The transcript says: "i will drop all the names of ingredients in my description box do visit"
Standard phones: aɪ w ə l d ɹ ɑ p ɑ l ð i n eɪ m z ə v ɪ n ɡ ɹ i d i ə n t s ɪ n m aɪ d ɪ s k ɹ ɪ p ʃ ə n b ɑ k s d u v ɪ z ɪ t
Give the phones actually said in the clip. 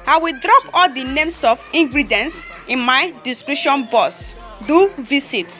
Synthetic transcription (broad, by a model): aɪ w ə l d ɹ ɑ p ɑ l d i n eɪ m s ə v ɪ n ɡ ɹ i d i n s ɪ n m aɪ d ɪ s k ɹ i ʃ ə n b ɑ s d u v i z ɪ t